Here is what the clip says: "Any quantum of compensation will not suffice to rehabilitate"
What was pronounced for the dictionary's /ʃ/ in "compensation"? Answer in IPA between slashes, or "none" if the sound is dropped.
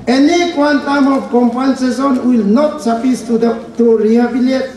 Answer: /s/